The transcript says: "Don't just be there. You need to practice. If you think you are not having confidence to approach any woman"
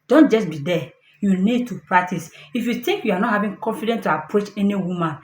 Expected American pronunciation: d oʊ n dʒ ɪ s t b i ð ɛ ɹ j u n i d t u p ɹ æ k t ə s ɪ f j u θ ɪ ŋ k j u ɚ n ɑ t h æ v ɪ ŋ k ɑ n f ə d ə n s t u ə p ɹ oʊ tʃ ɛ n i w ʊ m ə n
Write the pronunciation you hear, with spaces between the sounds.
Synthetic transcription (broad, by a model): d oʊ n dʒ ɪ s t b i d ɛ j u n i d t u p ɹ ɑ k t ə s ɪ f j u t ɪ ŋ k j u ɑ n ɑ t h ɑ v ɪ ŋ k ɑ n f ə d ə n t u ə p ɹ oʊ tʃ ɛ n i w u m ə n